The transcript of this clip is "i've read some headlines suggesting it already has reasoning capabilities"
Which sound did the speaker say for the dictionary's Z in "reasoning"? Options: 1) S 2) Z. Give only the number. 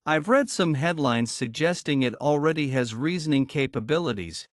2